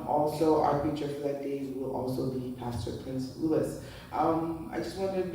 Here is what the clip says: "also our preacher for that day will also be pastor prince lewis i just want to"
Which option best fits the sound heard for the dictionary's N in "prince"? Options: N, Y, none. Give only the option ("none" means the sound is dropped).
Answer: N